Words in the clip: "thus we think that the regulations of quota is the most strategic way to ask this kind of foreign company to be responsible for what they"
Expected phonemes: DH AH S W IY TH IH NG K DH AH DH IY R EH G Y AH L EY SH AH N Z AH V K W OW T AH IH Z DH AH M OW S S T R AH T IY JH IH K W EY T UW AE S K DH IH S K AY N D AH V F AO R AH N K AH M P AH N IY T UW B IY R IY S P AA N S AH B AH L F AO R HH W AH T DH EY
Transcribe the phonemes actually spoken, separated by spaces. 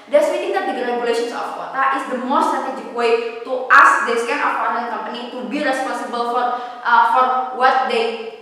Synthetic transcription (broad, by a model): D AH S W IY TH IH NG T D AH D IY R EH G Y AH L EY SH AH N S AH F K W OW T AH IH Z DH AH M OW S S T R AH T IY JH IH K W EY T UW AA S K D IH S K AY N AH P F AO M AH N K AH M P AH N IY T UW B IY R IY S P AA N S AH B AH L F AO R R W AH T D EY